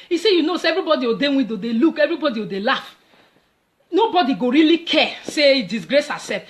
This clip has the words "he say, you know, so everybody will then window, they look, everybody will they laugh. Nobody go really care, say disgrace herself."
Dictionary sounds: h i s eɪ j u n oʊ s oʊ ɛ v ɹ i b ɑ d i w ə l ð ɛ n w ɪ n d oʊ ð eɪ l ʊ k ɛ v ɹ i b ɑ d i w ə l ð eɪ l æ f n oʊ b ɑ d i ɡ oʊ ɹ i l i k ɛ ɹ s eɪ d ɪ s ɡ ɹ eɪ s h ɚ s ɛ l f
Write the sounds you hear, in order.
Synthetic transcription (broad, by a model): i s eɪ j u n oʊ s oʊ ɛ v ɹ i b ɑ d i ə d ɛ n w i d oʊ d eɪ l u k ɛ v ɹ i b ɑ d i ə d eɪ l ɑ f n oʊ b ɑ d i ɡ oʊ ɹ i l i k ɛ s eɪ d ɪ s ɡ ɹ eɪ s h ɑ s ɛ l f